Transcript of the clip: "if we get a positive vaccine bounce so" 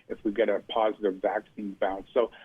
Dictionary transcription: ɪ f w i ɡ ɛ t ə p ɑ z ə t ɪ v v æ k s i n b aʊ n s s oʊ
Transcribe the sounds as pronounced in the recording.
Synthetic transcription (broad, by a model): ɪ f w i ɡ ɛ t ə p ɑ z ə t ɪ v v æ k s i n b aʊ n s s oʊ